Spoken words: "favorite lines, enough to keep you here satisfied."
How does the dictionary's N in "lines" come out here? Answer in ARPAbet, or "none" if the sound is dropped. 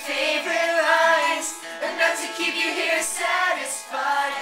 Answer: none